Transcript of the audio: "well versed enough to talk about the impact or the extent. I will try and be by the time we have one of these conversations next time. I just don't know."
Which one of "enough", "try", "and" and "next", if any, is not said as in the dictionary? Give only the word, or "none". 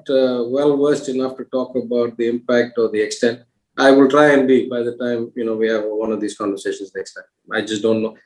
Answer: none